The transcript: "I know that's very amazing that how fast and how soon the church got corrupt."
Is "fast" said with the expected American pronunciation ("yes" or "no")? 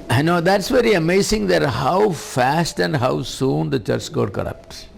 yes